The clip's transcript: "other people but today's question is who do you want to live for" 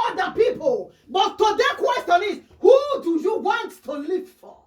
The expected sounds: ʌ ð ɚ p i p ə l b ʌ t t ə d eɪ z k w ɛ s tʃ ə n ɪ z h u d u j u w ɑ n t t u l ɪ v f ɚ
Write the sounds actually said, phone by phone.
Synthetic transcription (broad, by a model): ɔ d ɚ p i p ə l b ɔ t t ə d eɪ k w ɛ s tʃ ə n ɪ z h u d u j u w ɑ n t t u l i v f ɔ